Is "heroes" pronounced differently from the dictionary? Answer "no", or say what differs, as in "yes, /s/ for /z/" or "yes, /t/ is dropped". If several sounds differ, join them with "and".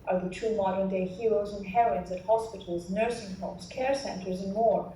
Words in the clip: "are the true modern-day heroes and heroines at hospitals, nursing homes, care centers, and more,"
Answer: no